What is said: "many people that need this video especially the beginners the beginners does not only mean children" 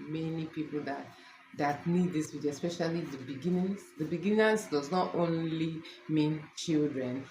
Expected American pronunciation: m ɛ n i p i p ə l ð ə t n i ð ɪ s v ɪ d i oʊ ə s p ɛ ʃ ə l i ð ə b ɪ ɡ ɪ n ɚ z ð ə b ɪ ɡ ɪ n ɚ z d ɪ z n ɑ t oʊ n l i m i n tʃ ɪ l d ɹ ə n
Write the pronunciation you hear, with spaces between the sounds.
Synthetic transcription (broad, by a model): m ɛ n i p i p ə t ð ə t n i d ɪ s w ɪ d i s p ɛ ʃ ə l i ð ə b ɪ ɡ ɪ n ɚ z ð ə b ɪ ɡ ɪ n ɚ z d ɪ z n ɑ t oʊ n l i m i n tʃ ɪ l d ɹ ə n